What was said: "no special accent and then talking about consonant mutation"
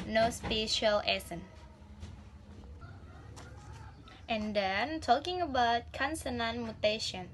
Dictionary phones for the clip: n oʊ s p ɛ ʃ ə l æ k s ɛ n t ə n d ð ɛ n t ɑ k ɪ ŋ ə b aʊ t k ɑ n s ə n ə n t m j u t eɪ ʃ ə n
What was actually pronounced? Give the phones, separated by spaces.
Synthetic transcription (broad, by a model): n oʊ s p ɛ ʃ ə l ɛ s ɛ n t ə n d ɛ n t ɑ k ɪ ŋ ə b aʊ t k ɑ n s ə n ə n m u t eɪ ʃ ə n